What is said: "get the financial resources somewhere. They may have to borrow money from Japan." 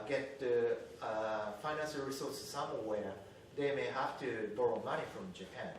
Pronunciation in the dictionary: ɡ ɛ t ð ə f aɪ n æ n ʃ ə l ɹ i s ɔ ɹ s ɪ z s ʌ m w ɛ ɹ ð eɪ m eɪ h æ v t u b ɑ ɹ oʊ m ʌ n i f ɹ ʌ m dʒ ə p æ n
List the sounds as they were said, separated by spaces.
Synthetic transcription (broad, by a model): ɡ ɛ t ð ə f aɪ n æ n ʃ ə l ɹ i s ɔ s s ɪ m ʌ w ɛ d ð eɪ m eɪ h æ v t u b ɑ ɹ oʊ m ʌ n i f ɹ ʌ m dʒ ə p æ n